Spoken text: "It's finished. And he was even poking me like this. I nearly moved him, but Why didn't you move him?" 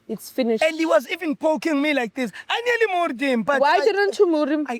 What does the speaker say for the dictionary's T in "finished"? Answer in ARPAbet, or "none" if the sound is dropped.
none